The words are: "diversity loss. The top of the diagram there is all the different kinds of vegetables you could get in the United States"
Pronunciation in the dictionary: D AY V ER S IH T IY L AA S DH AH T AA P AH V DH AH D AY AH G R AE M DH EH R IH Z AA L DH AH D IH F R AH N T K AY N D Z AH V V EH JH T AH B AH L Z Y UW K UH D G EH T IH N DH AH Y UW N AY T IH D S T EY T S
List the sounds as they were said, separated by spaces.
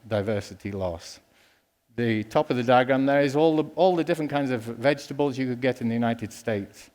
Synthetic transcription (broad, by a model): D AY V ER S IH T IY L AA S DH AH T AA P AH V DH AH D AY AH G R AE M DH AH R IH Z AA L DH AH D IH F R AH N K AY N D Z AH V V EH JH T AH B AH L Z Y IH K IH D G EH T IH N DH AH Y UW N AY T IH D S T EY T S